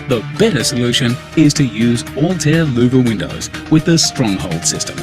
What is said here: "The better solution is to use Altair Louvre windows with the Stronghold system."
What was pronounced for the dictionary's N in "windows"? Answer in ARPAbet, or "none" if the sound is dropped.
N